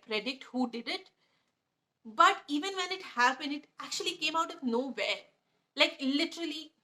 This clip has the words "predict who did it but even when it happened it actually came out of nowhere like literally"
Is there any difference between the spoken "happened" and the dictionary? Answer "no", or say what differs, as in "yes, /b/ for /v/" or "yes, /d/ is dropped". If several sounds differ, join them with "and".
yes, /b/ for /p/ and /d/ is dropped